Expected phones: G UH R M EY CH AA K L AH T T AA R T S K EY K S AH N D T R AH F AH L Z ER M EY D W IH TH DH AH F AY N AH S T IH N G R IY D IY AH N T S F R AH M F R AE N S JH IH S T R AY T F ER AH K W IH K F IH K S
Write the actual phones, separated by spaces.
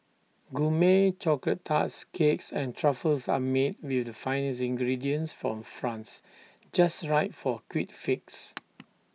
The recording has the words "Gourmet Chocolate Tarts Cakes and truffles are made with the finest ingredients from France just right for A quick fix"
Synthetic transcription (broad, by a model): G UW M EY CH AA K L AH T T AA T S K EY K S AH N T R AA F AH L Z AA M EY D W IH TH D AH F AY N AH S IH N G R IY D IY AH N S F R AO M F R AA N S JH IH S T R AY T F AH K W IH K F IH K S